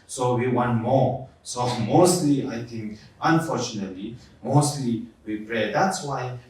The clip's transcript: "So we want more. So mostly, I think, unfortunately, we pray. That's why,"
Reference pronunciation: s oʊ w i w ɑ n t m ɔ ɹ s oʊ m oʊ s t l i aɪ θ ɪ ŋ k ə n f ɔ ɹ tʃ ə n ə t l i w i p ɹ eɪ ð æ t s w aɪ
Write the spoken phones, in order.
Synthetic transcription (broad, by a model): s oʊ w i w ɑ n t m ɔ ɹ s oʊ m oʊ s t l i aɪ t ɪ ŋ k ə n f ɔ ɹ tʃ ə n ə t l i w i p ɹ eɪ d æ t s w aɪ